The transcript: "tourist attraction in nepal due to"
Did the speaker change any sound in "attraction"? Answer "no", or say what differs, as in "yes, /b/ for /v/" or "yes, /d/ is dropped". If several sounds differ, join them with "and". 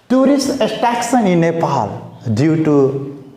yes, /s/ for /ʃ/